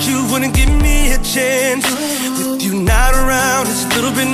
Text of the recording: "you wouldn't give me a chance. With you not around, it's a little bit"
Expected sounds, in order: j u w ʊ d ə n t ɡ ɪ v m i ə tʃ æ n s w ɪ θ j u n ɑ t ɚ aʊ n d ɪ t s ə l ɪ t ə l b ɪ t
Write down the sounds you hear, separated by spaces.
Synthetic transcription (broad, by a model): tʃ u w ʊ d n ɡ ɪ v m i ə tʃ æ n s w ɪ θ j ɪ n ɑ t ɚ aʊ n d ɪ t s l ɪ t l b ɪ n